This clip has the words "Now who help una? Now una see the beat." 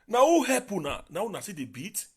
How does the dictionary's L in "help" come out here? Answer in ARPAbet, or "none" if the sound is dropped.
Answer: none